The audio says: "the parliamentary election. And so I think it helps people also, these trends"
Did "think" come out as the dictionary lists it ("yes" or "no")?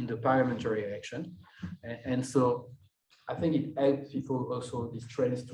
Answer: yes